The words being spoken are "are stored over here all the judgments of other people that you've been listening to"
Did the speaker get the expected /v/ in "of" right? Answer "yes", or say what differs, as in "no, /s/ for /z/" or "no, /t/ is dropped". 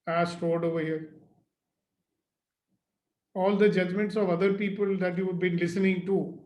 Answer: yes